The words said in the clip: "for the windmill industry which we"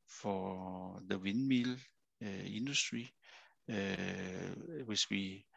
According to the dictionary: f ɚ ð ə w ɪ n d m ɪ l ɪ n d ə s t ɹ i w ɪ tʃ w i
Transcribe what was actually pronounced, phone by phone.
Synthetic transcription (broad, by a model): f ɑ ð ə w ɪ n m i l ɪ n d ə s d ɹ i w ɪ s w i